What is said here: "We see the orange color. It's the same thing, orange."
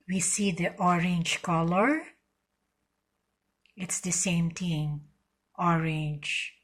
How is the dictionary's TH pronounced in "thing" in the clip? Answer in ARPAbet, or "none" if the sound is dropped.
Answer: T